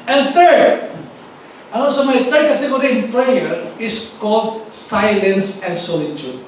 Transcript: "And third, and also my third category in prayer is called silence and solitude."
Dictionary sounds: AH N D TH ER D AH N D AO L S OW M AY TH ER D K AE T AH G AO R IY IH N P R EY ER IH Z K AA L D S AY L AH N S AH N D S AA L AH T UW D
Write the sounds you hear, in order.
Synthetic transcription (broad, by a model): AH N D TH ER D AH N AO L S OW M AY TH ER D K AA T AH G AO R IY IH N P R EY ER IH S K AA L D S AY L AH N S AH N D S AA L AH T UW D